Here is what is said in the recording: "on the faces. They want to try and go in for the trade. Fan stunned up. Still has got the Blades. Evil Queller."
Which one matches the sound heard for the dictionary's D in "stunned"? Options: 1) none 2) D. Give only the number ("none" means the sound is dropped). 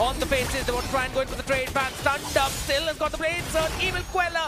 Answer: 2